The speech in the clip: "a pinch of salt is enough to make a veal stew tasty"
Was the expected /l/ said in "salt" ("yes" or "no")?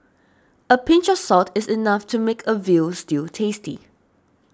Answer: no